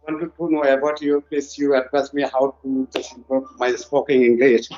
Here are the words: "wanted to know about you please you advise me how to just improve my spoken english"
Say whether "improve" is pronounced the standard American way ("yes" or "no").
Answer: no